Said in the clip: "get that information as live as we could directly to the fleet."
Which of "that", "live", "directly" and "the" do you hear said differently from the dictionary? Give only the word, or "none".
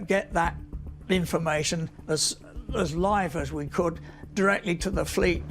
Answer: none